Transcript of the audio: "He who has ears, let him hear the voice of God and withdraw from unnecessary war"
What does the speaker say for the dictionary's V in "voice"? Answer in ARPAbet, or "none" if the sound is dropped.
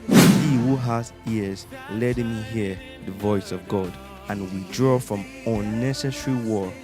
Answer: V